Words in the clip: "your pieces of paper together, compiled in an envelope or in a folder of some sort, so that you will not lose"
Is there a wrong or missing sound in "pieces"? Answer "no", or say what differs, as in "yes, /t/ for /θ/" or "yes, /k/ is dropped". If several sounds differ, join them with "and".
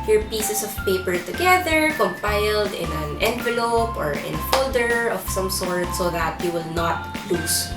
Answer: yes, /s/ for /z/